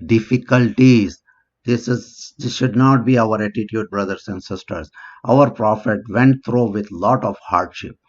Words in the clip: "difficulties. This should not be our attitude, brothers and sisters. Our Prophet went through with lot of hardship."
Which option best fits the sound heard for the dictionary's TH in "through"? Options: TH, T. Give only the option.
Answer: T